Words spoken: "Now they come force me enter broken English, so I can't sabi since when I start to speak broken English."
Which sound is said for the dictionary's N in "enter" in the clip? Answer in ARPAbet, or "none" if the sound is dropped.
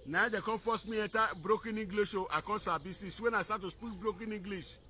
none